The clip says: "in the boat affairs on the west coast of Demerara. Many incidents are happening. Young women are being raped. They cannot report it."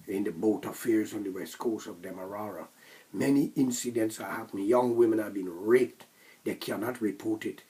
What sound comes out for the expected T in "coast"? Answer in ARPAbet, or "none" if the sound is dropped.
none